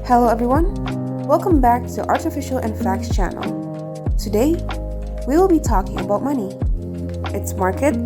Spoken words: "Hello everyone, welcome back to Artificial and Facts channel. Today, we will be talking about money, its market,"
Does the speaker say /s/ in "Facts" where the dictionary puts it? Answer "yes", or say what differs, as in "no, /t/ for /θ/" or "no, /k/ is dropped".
yes